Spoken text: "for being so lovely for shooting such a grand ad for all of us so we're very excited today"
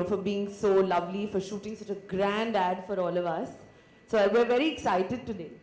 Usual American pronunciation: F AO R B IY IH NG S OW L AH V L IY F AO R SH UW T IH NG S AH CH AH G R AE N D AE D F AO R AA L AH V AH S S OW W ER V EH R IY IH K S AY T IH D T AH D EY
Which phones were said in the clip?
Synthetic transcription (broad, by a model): F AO R B IY IH NG S OW L AH V L IY F AO R SH UW T IH NG S AH CH AH G R AE N D AE D F AO R AA L AH V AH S S OW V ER V EH R IY IH K S AY T IH D T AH D EY